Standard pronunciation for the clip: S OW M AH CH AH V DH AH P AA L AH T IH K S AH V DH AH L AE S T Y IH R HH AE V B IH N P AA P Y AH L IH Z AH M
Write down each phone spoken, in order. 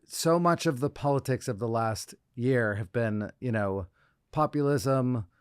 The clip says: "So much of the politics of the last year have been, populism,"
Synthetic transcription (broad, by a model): S OW M AH CH AH V DH AH P AA L AH T IH K S AH V DH AH L AE S T Y IH R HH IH V B IH N P AA P Y L IH Z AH M